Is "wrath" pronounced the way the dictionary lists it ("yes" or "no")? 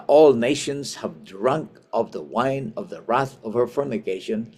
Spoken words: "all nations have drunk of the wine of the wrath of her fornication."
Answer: yes